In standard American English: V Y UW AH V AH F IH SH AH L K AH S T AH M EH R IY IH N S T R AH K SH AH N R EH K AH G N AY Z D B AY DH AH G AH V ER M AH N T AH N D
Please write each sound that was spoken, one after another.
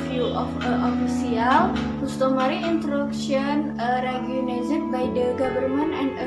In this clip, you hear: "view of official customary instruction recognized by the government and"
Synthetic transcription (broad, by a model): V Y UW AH F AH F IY S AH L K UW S T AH M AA R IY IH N T R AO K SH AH N R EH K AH N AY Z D B AY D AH G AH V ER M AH N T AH N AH